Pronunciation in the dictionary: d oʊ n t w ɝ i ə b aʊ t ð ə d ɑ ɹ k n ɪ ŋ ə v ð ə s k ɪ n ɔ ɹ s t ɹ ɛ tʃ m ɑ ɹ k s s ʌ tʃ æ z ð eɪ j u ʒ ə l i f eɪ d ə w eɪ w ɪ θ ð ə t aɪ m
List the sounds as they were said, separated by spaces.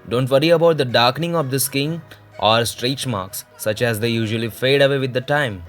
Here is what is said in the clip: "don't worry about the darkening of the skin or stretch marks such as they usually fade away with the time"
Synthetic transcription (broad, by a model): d oʊ n t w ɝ i ə b aʊ t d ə d ɑ ɹ k n ɪ ŋ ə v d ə s k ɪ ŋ ɔ ɹ s t ɹ ɛ tʃ m ɑ ɹ k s s ʌ tʃ æ z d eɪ j u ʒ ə l i f eɪ d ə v eɪ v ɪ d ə t aɪ m